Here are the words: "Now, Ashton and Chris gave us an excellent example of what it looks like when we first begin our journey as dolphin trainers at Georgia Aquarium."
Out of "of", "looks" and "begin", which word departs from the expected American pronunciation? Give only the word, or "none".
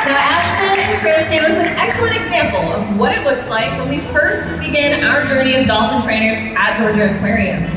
none